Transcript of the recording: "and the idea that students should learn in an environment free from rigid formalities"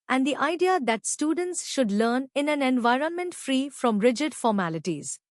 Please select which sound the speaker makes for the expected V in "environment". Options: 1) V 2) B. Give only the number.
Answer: 1